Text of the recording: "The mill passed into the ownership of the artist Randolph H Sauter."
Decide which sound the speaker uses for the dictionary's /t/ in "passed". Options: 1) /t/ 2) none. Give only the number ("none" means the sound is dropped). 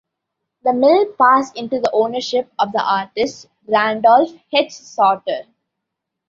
2